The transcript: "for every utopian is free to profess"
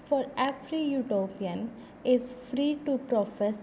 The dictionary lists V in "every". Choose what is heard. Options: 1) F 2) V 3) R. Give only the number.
1